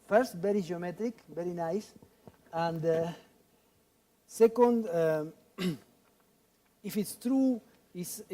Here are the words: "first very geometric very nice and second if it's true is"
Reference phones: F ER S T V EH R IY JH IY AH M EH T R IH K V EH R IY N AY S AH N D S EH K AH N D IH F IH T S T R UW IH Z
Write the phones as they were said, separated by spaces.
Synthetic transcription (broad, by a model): F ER S T V EH R IY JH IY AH M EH T R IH K V EH R IY N AY S AH N D S EH K AH N D IH F IH T S T R UW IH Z